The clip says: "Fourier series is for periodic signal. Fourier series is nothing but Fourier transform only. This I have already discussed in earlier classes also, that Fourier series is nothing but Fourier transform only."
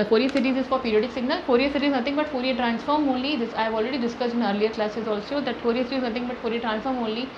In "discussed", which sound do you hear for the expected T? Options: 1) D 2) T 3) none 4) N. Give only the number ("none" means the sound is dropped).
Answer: 3